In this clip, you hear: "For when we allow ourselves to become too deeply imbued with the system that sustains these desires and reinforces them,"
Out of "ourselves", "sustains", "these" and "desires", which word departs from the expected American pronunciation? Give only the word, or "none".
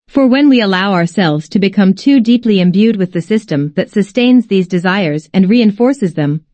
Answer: none